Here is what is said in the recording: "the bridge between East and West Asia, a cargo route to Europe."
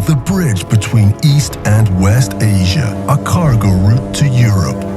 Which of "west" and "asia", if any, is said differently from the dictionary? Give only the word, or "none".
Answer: none